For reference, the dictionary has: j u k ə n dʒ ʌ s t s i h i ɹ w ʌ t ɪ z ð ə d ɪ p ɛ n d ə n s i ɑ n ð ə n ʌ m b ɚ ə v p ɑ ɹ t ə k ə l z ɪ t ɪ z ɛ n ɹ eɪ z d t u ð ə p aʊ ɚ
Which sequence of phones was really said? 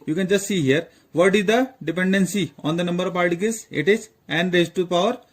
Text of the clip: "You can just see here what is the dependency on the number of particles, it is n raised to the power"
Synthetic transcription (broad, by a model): j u k ə n dʒ ʌ s t s i h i ɹ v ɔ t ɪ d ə d ɪ p ɛ n d ə n s i ɑ n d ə n ʌ m b ɚ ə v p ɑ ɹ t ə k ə z ɪ t ɪ z ɛ n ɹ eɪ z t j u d p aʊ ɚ